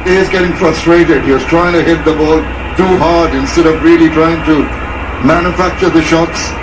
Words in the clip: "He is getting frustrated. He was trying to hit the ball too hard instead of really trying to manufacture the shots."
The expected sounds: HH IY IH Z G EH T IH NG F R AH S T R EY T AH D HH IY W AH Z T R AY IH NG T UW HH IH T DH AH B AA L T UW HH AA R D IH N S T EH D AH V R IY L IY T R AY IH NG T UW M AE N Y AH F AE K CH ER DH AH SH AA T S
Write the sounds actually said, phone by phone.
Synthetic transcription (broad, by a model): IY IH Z G EH T IH NG F R AH S T R EY T AH D HH IY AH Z T R AY IH NG T UW HH IH T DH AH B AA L T UW HH AA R D IH N S T EH D AH V R IY L IY T R AY IH NG T UW M AE N Y AH F AE K CH ER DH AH SH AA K S